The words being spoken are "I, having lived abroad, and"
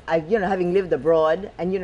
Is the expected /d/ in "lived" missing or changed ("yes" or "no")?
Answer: no